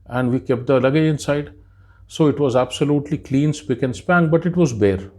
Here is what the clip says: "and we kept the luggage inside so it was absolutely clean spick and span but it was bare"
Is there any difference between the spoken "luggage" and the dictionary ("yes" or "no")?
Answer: yes